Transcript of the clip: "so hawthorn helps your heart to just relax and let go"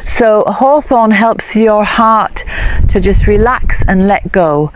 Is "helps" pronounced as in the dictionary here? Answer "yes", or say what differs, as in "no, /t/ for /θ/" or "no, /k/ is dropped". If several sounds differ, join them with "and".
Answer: yes